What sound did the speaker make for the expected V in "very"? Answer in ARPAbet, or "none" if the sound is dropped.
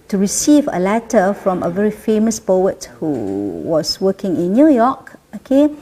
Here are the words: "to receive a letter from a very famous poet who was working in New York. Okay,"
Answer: V